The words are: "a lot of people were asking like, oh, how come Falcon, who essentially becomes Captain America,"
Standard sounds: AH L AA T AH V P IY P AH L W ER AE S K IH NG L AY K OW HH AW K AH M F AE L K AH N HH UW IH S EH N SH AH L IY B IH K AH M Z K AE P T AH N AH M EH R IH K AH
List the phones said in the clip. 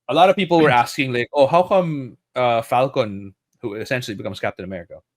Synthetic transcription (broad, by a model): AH L AA T AH V P IY P L W ER AE S K IH NG L AY K OW HH AW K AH M F AE L K AH N HH UW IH S EH N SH L IY B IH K AH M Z K AE P T AH N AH M EH R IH K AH